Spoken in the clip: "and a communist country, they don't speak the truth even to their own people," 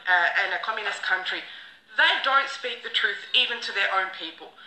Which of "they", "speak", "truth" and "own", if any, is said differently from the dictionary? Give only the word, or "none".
none